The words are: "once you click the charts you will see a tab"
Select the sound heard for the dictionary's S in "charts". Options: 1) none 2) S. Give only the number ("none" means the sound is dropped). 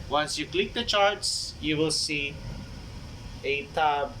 2